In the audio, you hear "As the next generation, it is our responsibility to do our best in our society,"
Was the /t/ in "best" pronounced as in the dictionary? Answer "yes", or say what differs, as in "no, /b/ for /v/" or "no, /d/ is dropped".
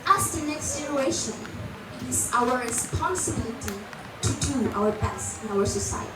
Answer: no, /t/ is dropped